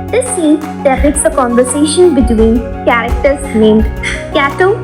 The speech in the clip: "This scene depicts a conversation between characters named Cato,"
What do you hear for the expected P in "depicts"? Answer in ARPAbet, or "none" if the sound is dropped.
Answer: none